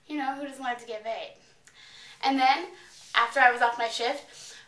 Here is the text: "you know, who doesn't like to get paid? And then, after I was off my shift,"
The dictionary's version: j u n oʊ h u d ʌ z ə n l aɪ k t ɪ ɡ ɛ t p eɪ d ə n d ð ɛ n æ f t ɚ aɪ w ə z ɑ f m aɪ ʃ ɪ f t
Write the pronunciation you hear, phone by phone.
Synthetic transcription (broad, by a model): j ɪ n oʊ h u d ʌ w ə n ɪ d t ɪ ɡ ɛ t b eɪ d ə n ð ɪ n æ f t ɚ aɪ w ə z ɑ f m aɪ ʃ ɪ f t